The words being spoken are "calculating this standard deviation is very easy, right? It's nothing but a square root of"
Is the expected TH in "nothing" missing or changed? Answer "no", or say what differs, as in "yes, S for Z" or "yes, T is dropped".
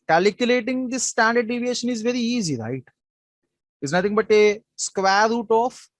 yes, T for TH